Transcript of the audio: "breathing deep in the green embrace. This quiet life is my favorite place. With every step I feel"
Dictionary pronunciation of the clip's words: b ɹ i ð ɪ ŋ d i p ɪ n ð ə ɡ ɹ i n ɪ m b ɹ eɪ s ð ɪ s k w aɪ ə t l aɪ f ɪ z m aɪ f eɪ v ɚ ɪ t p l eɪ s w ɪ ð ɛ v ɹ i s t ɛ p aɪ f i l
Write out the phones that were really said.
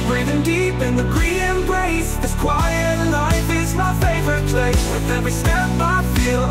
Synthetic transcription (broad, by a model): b ɹ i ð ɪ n d i p ɪ n ð ə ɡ ɹ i ɪ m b ɹ eɪ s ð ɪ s k w aɪ ə t l aɪ f ɪ z m aɪ f eɪ v ɚ ɪ t p l eɪ s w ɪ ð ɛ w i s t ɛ b aɪ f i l